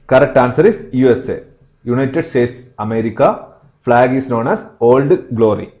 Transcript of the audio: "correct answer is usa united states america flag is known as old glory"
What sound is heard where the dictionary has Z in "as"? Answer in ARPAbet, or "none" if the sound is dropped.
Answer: S